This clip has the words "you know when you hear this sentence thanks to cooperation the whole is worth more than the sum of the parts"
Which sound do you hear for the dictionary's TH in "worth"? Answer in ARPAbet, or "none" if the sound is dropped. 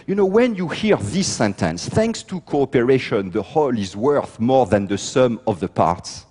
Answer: TH